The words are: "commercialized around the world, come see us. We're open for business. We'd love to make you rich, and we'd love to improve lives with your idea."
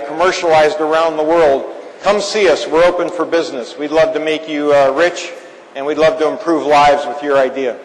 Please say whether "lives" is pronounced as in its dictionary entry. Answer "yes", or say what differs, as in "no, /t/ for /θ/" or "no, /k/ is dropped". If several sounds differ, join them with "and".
yes